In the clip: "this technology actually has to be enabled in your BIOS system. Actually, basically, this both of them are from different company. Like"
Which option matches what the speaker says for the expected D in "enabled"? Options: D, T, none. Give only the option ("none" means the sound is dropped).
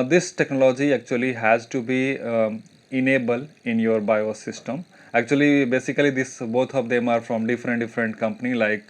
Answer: none